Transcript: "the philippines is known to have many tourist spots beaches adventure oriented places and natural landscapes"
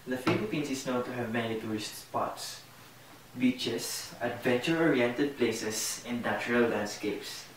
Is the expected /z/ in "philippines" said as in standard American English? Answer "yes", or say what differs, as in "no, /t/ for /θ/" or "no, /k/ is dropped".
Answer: no, /s/ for /z/